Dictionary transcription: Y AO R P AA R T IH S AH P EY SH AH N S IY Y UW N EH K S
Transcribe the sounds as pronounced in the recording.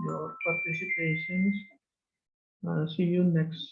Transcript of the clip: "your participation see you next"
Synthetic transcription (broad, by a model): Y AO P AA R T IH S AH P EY S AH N S IY Y UW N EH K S